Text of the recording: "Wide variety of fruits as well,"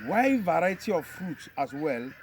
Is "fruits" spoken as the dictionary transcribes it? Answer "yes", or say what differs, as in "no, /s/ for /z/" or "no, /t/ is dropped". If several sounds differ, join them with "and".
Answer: no, /s/ is dropped